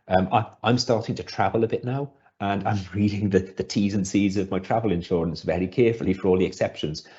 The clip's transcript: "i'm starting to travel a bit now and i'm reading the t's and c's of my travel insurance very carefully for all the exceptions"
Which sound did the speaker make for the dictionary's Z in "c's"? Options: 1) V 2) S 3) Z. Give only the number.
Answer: 3